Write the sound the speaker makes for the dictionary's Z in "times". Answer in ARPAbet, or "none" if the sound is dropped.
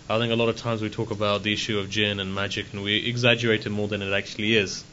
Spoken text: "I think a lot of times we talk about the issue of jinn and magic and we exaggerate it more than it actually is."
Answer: Z